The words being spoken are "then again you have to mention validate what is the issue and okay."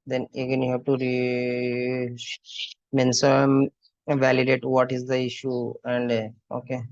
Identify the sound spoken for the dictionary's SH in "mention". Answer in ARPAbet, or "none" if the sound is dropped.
S